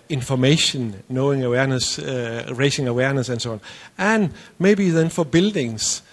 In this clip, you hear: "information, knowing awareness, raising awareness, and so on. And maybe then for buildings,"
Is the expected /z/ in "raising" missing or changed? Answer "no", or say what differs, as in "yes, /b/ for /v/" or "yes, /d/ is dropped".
yes, /s/ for /z/